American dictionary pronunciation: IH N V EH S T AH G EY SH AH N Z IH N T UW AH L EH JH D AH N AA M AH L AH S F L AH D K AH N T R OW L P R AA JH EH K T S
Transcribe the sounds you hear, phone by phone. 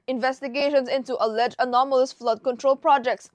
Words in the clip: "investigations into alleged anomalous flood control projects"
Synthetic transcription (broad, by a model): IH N V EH S T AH G EY SH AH N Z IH N T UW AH L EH JH AH N AA M AH L AH S F L AH D K AH N T R OW L P R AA JH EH K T S